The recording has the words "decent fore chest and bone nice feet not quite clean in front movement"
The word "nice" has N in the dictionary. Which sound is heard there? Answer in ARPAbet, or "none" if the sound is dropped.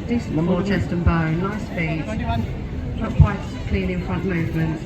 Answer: L